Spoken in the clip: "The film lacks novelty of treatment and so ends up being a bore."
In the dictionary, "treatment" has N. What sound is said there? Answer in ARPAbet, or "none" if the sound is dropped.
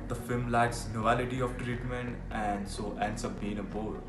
N